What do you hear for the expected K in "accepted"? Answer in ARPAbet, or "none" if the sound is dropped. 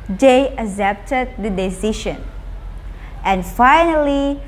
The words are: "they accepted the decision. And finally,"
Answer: none